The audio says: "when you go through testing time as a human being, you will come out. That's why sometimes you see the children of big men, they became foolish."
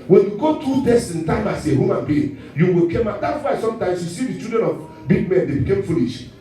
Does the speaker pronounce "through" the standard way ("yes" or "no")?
no